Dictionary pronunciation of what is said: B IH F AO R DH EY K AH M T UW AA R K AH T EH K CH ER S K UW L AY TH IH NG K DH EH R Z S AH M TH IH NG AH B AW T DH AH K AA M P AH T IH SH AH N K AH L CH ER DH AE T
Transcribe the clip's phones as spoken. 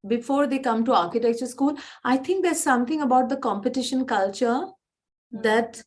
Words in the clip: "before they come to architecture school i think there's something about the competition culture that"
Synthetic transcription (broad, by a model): B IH F AO R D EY K AH M T UW AA R K AH T EH K CH ER S K UW L AY T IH NG K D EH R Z S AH M T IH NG AH B AW T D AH K AA M P AH T IH SH AH N K AH L CH ER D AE T